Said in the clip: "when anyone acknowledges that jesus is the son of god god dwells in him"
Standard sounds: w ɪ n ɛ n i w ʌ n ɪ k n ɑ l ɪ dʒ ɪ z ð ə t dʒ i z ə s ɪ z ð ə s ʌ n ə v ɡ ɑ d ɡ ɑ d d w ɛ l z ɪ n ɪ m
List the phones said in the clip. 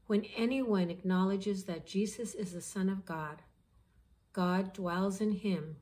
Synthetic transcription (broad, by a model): w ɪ n ɛ n i w ʌ n ɪ k n ɑ l ɪ dʒ ɪ z ð ə t dʒ i z ə s ɪ z ð ə s ʌ n ə v ɡ ɑ d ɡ ɑ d d w ɛ l z ɪ n ɪ m